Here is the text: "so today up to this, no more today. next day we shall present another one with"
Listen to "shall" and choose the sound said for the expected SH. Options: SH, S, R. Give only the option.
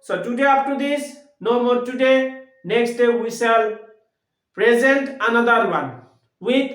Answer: S